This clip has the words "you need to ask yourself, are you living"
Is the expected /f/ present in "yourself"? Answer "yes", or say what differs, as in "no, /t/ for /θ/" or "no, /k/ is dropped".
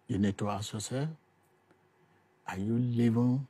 no, /f/ is dropped